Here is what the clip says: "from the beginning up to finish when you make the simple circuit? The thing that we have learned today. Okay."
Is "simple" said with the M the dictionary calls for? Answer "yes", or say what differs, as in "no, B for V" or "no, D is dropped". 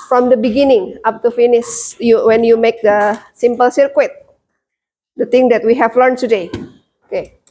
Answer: yes